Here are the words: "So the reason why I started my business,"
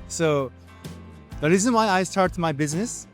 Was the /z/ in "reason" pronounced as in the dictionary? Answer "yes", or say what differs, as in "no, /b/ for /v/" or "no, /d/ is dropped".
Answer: yes